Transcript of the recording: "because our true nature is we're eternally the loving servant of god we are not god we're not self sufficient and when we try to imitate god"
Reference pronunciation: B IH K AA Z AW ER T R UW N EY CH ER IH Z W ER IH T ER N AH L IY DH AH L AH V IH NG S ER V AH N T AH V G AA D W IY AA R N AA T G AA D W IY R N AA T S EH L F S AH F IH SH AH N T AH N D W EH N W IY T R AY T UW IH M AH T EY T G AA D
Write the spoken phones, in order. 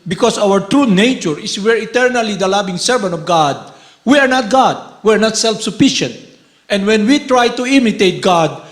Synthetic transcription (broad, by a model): B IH K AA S AW ER T R UW N EY CH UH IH S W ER IH T ER N AH L IY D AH L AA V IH NG S ER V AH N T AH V G AA D W IY AA R N AA T G AA D W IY R N AA T S EH L F S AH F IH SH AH N T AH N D W EH N W IY T R AY T UW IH M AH T EY T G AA D